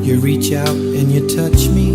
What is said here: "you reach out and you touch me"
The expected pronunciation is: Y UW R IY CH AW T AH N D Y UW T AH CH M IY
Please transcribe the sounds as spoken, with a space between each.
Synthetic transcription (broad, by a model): Y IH R IY CH AW T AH N Y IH T AH CH M IY